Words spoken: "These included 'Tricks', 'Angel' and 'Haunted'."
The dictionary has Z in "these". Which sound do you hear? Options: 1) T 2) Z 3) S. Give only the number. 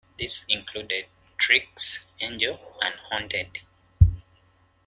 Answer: 3